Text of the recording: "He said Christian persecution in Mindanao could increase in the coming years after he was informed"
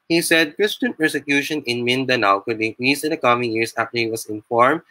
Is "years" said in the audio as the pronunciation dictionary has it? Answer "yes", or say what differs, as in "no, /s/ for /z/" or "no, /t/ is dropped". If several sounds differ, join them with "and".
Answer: no, /s/ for /z/